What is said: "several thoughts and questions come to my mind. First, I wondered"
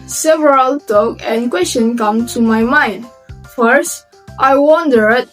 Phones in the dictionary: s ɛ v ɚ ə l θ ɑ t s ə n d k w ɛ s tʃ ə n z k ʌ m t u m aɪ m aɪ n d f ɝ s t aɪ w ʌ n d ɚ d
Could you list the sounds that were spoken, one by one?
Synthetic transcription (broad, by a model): s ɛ v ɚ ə l t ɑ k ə n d k w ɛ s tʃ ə n k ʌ m t u m aɪ m aɪ n d f ɝ s t aɪ w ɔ n d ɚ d